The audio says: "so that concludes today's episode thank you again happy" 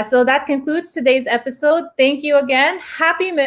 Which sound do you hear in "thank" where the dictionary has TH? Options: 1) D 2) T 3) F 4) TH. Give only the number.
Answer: 4